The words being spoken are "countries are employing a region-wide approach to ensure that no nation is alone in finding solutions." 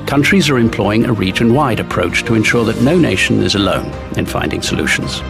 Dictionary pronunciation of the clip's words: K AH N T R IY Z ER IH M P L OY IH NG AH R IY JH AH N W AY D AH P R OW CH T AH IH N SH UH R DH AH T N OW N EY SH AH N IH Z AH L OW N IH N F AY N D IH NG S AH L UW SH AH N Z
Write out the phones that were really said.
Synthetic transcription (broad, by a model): K AH N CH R IY Z ER IH M P L OY IH NG AH R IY CH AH N W AY D AH P R OW CH T AH IH N SH UH R DH AH T N OW N EY SH AH N IH Z AH L OW N IH N F AY N D IH NG S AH L UW SH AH N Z